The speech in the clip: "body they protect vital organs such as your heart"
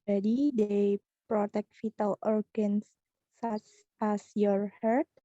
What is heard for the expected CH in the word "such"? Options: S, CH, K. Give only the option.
S